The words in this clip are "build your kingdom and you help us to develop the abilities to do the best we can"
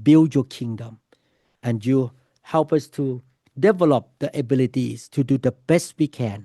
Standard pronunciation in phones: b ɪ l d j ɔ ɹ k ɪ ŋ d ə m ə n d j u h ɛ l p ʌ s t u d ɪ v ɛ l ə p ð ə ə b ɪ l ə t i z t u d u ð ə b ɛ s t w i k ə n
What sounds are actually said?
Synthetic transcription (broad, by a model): b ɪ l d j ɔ k ɪ ŋ d ə m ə n j u h ɛ l p ʌ s t u d ɪ v ɛ l ə p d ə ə b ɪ l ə t i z t u d u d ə b ɛ s t w i k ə n